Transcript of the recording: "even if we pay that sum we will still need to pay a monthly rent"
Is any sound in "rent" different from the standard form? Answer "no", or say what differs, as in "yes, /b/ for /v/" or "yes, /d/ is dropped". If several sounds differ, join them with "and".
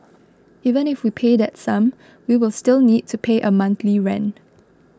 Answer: yes, /t/ is dropped